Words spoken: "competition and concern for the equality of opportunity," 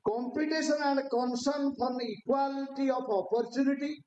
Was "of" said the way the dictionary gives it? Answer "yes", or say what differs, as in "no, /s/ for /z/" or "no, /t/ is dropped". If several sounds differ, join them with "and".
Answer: no, /p/ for /v/